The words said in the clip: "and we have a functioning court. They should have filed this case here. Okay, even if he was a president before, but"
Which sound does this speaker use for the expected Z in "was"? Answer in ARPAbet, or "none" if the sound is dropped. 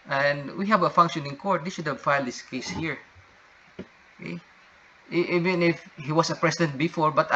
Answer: S